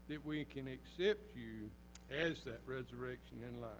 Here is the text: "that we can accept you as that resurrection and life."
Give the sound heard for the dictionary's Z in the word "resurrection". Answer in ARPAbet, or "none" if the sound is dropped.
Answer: Z